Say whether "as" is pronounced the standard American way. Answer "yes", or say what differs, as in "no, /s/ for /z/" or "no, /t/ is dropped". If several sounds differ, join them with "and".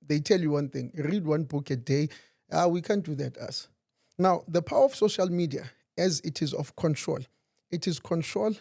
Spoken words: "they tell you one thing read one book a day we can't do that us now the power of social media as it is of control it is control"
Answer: yes